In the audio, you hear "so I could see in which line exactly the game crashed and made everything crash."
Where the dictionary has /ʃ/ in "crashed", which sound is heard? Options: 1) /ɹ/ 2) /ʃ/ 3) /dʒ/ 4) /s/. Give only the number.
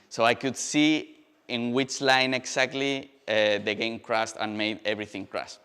4